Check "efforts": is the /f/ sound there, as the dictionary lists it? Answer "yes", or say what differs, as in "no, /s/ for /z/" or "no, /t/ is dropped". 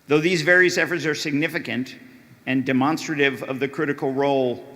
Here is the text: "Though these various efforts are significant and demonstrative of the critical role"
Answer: yes